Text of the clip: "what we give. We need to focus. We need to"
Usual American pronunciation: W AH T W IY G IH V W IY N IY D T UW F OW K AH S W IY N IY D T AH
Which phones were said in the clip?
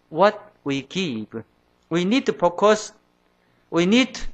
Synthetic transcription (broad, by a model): W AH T W IY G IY P W IY N IY D T UW P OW K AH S W IY N IY D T